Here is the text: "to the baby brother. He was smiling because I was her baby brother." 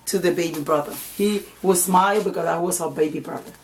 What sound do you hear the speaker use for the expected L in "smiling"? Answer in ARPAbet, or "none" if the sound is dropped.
none